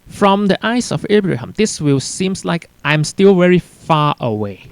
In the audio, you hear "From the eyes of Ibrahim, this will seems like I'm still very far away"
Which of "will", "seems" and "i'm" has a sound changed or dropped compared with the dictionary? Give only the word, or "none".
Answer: seems